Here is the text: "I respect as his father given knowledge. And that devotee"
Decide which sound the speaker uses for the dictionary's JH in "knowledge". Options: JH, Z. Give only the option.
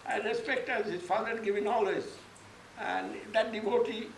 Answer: Z